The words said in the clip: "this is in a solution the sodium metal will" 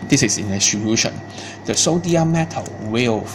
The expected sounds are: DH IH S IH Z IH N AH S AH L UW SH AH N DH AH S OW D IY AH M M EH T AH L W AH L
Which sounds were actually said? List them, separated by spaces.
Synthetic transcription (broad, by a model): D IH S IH S IH N AH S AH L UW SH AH N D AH S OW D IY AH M M EH T AH L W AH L